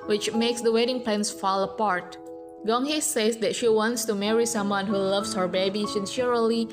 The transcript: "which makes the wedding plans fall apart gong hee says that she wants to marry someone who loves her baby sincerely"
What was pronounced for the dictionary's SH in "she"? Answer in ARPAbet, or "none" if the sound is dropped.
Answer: SH